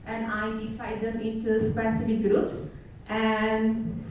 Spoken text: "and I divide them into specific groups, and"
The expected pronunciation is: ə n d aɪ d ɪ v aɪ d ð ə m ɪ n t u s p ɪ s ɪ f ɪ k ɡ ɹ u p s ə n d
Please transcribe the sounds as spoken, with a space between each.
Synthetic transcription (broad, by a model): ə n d aɪ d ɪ f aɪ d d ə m ɪ n t u s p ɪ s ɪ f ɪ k ɡ ɹ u p s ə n d